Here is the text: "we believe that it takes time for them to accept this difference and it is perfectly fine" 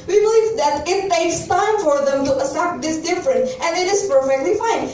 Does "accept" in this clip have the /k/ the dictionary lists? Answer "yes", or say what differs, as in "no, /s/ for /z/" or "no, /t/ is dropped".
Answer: no, /k/ is dropped